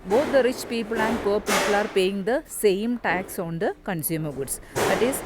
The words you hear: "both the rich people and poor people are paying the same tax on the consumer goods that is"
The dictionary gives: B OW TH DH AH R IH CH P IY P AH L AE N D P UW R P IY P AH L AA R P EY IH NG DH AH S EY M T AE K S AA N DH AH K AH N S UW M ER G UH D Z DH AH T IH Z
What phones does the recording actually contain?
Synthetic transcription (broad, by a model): B OW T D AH R IH CH P IY P AH L AE N D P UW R P IY P AH L AA R P EY IH NG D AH S EY M T AE K S AA N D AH K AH N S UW M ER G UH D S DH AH T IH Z